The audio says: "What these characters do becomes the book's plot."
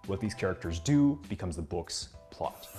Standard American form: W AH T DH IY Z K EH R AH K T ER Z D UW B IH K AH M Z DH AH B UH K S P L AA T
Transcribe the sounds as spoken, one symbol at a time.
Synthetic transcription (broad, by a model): W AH T DH IY Z K EH R AH K T ER Z D UW B IH K AH M Z DH AH B UH K S P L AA T